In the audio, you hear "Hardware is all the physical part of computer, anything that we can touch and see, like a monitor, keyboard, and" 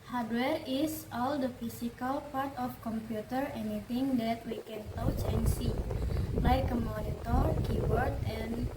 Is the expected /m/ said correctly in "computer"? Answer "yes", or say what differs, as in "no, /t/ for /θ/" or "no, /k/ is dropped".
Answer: yes